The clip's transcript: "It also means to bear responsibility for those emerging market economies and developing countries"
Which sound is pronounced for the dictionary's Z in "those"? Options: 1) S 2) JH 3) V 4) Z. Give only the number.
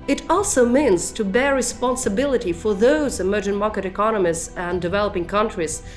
4